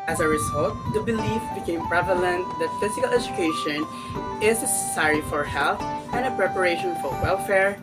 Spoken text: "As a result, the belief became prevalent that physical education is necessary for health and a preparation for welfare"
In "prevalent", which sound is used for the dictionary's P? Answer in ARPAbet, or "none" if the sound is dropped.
P